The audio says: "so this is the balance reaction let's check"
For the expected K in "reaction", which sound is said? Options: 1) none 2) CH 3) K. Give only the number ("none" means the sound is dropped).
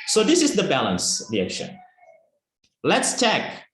3